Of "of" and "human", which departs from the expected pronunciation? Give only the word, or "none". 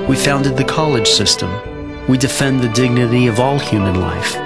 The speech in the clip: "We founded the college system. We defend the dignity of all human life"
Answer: none